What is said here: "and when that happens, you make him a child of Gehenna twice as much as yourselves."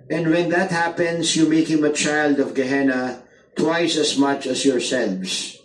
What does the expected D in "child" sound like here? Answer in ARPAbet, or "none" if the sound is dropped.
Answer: D